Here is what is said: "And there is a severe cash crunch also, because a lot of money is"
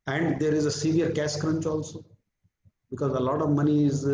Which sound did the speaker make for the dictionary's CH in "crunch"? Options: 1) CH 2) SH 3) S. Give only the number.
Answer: 1